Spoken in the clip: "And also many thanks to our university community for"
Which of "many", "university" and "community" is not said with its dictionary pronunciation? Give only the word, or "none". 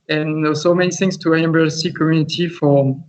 university